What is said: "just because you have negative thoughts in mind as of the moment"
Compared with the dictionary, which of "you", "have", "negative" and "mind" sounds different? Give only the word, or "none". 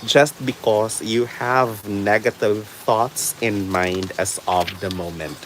none